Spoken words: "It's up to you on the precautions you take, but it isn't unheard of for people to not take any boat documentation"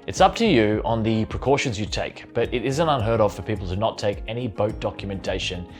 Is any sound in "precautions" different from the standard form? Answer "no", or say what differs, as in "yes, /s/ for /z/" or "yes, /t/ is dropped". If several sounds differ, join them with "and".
no